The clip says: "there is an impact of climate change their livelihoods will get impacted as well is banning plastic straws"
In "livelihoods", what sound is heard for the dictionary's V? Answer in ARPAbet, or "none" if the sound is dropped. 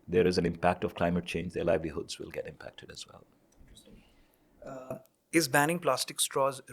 V